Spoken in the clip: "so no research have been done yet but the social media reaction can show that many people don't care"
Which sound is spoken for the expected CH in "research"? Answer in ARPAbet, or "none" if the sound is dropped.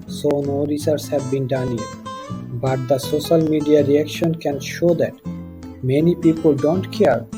S